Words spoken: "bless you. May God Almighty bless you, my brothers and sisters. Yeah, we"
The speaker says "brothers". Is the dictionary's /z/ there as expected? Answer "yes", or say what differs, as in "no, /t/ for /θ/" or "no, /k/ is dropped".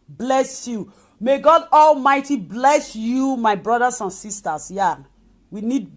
no, /s/ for /z/